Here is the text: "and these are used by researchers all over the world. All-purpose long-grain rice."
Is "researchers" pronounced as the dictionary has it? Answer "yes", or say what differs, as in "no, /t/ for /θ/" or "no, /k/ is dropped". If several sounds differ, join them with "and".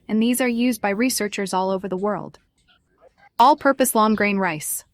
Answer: yes